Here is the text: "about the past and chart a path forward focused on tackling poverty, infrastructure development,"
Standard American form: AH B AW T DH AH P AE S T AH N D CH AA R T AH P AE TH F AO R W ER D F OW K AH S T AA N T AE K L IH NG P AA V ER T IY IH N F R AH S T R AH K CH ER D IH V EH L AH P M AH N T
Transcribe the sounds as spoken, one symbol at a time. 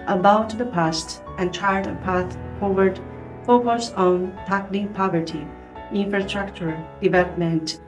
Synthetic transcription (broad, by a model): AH B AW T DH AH P AE S T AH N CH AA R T AH P AE TH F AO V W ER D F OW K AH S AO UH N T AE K N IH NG P AA V ER T IY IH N F R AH S T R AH K CH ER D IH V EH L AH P M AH N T